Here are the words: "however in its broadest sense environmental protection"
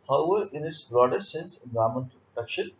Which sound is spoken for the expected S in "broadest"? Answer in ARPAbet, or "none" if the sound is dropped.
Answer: none